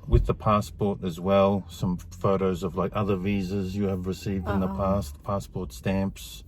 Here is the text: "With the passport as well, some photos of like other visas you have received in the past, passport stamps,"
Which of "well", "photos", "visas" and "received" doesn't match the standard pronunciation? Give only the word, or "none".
none